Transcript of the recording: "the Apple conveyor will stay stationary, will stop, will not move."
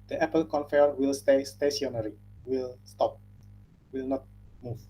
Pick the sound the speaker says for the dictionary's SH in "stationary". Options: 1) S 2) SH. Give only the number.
1